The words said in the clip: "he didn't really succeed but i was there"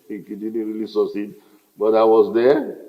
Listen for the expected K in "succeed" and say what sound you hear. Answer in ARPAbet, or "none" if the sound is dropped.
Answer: none